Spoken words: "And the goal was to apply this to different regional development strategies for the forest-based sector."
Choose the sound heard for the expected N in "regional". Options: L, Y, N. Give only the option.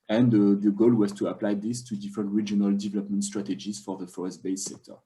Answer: N